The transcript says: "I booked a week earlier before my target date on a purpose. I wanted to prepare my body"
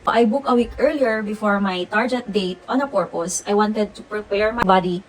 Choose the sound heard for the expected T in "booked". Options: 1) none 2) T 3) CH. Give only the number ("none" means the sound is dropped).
1